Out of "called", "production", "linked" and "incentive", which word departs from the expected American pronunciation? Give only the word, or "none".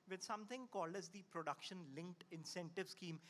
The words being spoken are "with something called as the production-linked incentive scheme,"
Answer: none